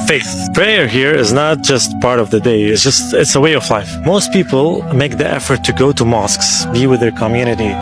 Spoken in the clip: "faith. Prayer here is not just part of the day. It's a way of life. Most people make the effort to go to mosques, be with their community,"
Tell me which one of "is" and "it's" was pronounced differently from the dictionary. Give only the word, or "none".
none